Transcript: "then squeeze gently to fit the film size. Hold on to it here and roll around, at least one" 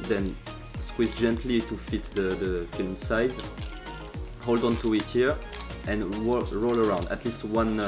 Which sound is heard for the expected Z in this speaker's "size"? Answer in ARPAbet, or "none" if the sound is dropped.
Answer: Z